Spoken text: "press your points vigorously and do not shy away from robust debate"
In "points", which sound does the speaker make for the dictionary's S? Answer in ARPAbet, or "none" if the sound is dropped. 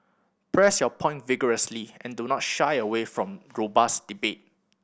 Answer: none